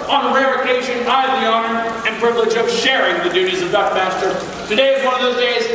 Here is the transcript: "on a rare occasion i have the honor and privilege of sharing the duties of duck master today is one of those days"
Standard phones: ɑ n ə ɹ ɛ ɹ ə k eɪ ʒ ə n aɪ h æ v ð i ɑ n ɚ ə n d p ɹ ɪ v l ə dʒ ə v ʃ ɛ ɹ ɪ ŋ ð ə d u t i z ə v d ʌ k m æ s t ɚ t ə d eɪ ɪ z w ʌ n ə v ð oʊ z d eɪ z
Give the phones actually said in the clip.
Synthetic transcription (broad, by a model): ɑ n ə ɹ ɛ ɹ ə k eɪ ʃ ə n aɪ ð i ɑ n ɚ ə n p ɹ ɪ v l ə dʒ ə v ʃ ɛ ɹ ɪ ŋ ð ə d u t i z ə v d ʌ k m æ s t ɚ t ə d eɪ ɪ z w ʌ n ə v ð oʊ z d eɪ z